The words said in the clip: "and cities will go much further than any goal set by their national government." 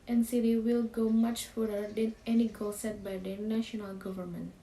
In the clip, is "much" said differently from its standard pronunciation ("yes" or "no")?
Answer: no